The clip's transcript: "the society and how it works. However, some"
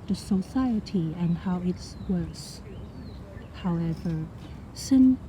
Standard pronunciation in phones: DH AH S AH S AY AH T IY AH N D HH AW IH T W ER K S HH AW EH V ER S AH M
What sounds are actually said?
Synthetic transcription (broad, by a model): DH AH S AH S AY AH T IY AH N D HH AW IH T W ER S HH AW EH V ER S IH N